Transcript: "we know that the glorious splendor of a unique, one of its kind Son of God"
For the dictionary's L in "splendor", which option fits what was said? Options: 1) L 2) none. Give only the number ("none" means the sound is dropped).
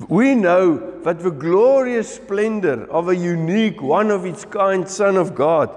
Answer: 1